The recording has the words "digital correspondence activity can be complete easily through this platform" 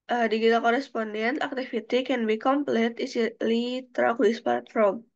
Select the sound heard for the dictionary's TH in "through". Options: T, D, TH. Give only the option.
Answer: T